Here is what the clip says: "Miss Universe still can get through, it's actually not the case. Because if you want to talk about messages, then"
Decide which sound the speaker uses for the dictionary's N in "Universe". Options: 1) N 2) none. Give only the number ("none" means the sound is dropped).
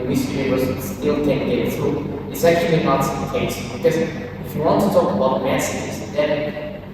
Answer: 2